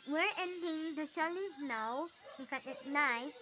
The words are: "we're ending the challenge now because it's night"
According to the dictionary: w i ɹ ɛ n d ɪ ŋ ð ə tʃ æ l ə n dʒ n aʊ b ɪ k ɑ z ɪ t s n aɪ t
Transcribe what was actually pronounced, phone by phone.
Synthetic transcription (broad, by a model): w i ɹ ɛ n d ɪ ŋ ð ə ʃ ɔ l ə dʒ n aʊ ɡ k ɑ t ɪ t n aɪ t